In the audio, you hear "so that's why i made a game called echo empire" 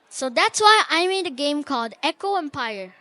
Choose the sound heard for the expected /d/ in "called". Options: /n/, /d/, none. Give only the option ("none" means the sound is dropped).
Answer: /d/